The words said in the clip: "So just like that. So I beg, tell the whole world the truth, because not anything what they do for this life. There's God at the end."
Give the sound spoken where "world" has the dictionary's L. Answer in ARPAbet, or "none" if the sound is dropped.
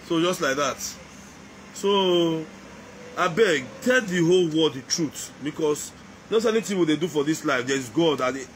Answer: none